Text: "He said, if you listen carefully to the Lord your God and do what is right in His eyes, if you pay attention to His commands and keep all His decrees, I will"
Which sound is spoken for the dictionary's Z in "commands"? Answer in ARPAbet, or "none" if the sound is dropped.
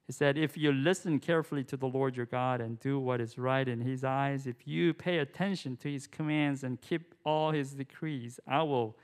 Z